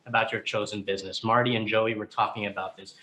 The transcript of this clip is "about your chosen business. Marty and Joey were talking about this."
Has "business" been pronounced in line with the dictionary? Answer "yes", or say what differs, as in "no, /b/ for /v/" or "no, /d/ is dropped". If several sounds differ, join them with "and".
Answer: yes